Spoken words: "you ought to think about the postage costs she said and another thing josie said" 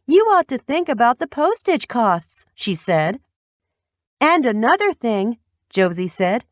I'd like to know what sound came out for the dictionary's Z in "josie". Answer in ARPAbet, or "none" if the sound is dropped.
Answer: Z